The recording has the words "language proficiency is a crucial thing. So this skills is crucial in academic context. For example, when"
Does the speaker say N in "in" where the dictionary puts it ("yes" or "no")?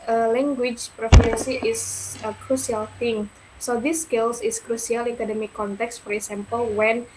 no